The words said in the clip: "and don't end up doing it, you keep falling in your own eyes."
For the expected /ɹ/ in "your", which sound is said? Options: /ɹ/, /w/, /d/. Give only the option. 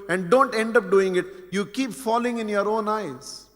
/ɹ/